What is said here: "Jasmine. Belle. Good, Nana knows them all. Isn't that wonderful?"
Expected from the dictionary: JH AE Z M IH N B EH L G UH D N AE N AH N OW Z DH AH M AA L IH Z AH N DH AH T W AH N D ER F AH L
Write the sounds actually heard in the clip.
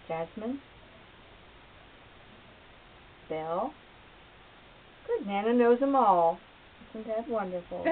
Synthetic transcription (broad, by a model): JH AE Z M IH N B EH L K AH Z N AE N AH N OW Z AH M AA L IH S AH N DH AH T W AH N D ER F L